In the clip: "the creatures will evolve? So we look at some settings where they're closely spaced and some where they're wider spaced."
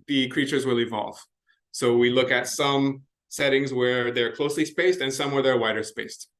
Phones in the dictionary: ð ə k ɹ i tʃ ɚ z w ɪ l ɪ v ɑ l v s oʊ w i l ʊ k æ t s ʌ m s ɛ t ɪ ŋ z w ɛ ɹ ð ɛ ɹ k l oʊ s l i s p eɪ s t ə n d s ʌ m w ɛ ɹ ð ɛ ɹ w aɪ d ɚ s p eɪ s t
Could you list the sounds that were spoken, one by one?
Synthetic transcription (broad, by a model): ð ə k ɹ i tʃ ɚ z w ɪ l ɪ v ɑ l v s oʊ w i l ʊ k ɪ t s ʌ m s ɛ t ɪ ŋ z w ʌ ɹ ð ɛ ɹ k l oʊ s l i s p eɪ s t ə n s ʌ m w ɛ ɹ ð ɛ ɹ w aɪ d ɚ s p eɪ s t